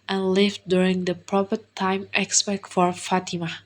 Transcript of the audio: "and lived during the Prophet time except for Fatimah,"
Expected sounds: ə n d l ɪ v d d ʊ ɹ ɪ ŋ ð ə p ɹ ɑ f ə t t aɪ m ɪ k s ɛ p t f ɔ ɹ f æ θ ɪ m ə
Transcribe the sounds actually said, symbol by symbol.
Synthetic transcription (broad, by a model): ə n l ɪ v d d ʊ ɹ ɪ ŋ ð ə p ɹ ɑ p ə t t aɪ m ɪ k s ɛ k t f ɔ ɹ f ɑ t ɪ m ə